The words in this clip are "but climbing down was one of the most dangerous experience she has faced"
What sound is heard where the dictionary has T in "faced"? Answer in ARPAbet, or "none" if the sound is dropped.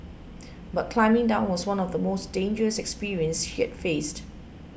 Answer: T